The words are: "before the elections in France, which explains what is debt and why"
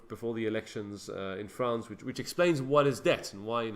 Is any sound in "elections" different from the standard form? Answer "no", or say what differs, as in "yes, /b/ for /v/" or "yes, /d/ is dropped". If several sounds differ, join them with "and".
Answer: no